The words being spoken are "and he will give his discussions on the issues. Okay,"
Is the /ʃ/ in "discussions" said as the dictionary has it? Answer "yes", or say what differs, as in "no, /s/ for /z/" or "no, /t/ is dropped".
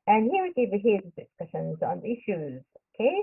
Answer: yes